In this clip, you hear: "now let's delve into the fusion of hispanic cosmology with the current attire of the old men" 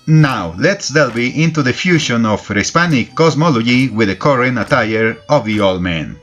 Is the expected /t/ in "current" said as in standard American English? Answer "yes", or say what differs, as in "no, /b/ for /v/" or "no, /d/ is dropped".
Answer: no, /t/ is dropped